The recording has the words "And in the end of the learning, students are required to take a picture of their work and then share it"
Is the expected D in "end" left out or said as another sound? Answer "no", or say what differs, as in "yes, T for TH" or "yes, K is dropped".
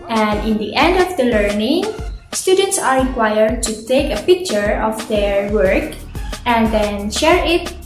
no